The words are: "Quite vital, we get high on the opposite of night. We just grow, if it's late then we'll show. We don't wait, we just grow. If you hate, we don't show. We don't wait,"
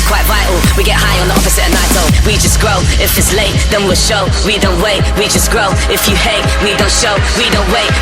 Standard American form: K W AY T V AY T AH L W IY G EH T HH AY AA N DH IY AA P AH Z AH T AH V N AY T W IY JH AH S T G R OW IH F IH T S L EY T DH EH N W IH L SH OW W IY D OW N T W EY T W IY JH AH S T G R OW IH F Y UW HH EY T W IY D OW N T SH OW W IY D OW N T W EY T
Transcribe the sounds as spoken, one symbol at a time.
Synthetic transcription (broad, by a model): K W AY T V AY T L W IY G EH T HH AY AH N DH IY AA F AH S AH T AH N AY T W IY JH AH S G R OW IH F IH T S L EY T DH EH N W IH L SH OW W IY D OW N T W EY T W IY JH AH S G R OW IH F Y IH HH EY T W IY D OW N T SH OW W IY D OW N T W EY T